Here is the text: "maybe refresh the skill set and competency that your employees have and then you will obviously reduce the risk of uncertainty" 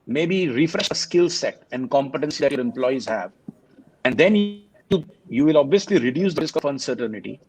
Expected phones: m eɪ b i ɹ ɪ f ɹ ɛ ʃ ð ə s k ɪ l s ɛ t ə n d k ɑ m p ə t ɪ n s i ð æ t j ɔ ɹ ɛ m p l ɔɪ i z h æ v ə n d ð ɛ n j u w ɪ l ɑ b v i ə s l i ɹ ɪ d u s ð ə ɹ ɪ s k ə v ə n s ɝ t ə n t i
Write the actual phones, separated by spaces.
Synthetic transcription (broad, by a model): m eɪ b i ɹ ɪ f ɹ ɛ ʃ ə s k ɪ l s ɛ t ə n d k ɑ m p ə t ɪ n s i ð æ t j ɔ ɹ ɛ m p l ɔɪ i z h æ v ə n d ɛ n j u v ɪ l ɑ b v i ə s l i ɹ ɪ d u s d ə ɹ ɪ s k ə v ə n s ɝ t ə n t i